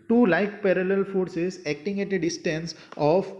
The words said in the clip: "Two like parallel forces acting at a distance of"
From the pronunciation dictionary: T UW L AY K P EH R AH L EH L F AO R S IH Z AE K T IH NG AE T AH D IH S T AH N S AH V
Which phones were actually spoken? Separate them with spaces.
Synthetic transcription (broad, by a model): T UW L AY K P EH R AH L EH L F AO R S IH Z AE K T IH NG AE T AH D IH S T AH N S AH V